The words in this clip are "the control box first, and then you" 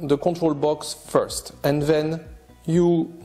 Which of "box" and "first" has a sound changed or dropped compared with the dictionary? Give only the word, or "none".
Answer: none